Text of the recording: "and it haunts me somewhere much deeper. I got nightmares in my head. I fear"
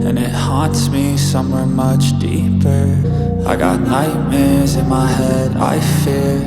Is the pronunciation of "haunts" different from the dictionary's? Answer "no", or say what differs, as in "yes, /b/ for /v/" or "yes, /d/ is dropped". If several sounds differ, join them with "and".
no